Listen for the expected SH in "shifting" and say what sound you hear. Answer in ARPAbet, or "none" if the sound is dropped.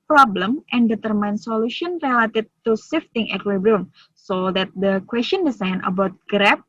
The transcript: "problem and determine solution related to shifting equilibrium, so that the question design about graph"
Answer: S